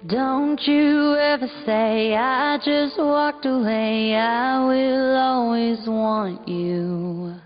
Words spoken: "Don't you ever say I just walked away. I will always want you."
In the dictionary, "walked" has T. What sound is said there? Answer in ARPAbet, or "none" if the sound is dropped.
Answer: T